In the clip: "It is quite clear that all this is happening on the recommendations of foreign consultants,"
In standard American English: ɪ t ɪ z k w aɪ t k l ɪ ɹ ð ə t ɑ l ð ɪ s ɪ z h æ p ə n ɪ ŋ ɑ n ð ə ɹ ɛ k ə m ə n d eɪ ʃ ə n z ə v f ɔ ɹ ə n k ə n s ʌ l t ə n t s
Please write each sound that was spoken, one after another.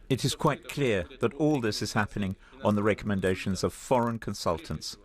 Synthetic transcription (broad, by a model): ɪ t ɪ z k w aɪ t k l ɪ ɹ ð ə t ɑ l ð ɪ s ɪ z h æ p ə n ɪ ŋ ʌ n ð ə ɹ ɛ k ə m ə n d eɪ ʃ ə n z ə v f ɔ ɹ ə n k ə n s ʌ l t n t s